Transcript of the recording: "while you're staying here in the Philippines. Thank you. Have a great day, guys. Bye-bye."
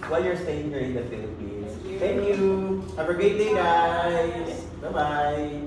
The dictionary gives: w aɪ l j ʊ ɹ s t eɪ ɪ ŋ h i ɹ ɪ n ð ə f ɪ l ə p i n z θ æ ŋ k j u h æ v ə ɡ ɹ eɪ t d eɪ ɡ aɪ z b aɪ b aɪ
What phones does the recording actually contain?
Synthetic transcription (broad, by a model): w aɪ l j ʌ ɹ s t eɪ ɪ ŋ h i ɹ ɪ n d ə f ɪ l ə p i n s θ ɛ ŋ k j u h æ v ə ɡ eɪ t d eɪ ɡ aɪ b aɪ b aɪ